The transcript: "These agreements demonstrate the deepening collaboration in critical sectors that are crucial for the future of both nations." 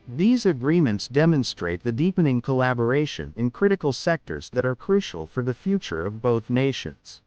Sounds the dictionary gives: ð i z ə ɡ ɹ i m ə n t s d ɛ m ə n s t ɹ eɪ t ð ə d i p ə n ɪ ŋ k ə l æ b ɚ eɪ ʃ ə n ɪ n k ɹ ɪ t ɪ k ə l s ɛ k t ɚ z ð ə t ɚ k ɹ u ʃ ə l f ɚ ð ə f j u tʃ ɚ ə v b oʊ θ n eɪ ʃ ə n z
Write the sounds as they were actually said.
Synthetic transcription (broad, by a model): ð i z ə ɡ ɹ i m ə n t s d ɛ m ə n s t ɹ eɪ t ð ə d i p ə n ɪ ŋ k ə l æ b ɚ eɪ ʃ ə n ɪ n k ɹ ɪ t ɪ k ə l s ɛ k t ɚ z ð ə t ɚ k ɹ u ʃ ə l f ɚ ð ə f j u tʃ ɚ ə v b oʊ θ n eɪ ʃ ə n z